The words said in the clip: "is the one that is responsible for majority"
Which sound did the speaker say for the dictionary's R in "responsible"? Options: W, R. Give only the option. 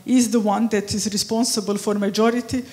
R